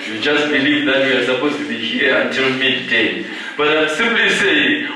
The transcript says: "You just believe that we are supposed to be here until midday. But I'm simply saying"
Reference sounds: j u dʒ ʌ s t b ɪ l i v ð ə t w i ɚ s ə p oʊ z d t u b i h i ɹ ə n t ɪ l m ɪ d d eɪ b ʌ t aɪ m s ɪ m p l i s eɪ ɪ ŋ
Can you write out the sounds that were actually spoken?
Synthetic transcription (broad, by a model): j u dʒ ʌ s t b ɪ l i v ð ə t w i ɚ s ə p oʊ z t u b i h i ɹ ə n t ɪ l m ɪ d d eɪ b ʌ t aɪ s ɪ m p l i s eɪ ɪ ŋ